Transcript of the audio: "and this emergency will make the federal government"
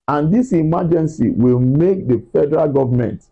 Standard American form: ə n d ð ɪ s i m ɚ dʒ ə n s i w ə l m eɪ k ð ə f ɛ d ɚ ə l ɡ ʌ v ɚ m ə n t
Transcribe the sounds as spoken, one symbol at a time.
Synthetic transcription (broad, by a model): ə n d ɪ s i m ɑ dʒ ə n s i w ə l m eɪ k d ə f ɛ d ɚ ə l ɡ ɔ v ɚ m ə n t